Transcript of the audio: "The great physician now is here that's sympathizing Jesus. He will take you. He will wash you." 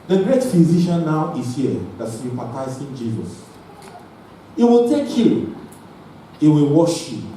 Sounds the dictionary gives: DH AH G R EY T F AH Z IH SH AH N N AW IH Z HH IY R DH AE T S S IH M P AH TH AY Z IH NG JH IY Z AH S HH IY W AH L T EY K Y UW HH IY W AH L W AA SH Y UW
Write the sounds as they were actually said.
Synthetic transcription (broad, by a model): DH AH G R EY T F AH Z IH SH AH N N AW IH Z HH IY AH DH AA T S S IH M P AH T AY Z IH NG JH IY Z AH S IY W AH L T EY K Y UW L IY W AH L W AA SH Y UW